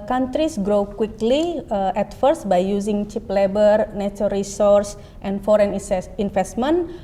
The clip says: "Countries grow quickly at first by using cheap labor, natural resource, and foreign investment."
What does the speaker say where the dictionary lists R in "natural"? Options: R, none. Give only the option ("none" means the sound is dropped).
none